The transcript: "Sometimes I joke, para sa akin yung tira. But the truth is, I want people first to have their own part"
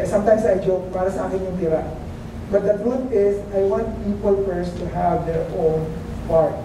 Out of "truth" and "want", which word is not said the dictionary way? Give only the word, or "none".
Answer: truth